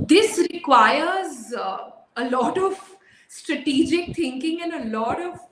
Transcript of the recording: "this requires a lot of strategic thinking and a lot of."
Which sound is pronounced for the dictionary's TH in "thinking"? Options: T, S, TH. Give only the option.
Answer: T